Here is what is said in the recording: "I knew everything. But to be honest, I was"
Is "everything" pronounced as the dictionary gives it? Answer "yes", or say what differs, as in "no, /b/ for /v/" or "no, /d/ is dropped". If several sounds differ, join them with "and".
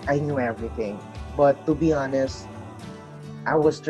yes